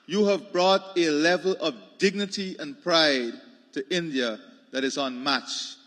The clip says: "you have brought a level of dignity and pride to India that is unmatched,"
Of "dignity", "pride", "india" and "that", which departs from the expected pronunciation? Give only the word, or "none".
none